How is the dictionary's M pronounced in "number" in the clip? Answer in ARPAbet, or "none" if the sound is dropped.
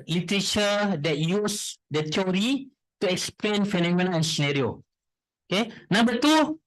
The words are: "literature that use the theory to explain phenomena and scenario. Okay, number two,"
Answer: none